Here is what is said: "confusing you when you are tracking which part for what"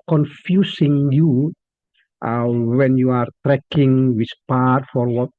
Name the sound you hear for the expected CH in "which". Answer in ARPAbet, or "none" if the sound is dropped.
S